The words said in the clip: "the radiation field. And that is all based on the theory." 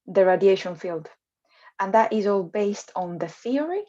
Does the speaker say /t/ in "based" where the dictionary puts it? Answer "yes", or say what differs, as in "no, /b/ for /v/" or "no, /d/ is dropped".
yes